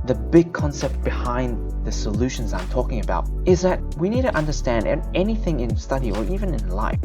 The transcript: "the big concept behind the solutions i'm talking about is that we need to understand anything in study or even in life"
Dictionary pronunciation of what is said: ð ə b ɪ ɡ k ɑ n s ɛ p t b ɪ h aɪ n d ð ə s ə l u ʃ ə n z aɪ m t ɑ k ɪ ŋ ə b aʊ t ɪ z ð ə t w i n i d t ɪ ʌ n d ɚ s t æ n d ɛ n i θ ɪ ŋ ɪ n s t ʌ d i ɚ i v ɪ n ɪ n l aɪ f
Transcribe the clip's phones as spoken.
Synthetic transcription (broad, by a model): ð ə b ɪ ɡ k ɑ n s ɛ p t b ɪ h aɪ n ð ə s ə l u ʃ ə n z aɪ m t ɑ k ɪ ŋ ə b aʊ t ɪ z ð ə t w i n i d t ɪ ʌ n d ɚ s t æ n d ɛ n i θ ɪ ŋ ɪ n s t ʌ d i ɚ i v ɪ n ɪ n l aɪ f